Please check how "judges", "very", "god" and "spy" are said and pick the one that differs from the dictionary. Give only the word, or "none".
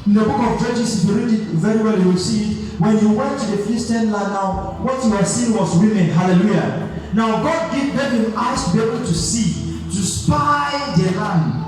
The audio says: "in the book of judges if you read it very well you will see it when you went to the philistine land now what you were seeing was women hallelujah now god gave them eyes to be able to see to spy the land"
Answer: judges